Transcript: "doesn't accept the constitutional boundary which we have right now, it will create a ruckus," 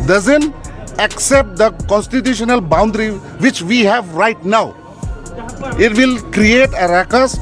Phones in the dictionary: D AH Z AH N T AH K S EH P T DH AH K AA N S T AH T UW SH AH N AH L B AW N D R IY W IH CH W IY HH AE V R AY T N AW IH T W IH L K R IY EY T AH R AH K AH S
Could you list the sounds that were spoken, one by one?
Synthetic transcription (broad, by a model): D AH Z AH N T AH K S EH P T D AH K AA N S T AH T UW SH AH N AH L B AW N D R IY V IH CH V IY HH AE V R AY T N AW IH T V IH L K R IY EY T AH R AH K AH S